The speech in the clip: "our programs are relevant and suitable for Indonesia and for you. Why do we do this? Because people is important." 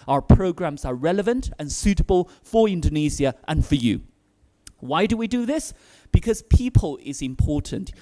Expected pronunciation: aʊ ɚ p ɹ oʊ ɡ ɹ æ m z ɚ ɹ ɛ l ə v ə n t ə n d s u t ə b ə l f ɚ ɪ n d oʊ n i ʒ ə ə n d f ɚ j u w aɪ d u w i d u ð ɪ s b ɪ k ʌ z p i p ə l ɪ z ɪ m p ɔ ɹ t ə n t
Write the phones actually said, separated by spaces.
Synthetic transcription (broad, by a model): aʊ ɚ p ɹ oʊ ɡ ɹ æ m z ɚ ɹ ɛ l ə v ə n t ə n s u t ə b ə l f ɚ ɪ n d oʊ n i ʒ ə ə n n f ɚ j u w aɪ d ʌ w i d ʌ ð ɪ s b ɪ k ʌ z p i p ə l ɪ z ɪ m p ɔ ɹ t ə n t